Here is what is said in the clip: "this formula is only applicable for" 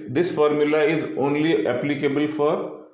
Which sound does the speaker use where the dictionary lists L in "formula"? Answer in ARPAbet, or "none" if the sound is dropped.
L